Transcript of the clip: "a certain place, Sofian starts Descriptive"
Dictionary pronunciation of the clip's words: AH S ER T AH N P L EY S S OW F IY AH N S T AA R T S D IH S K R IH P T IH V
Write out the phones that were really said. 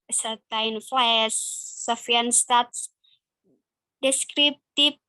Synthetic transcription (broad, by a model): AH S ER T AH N F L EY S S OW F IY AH N S T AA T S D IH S K R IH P T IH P